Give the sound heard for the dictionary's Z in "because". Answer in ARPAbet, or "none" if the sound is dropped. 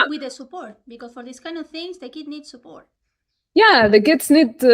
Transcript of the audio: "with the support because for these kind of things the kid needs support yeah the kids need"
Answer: S